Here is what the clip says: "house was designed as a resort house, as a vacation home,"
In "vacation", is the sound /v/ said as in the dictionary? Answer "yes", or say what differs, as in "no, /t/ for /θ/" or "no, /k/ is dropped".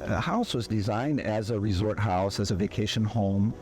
yes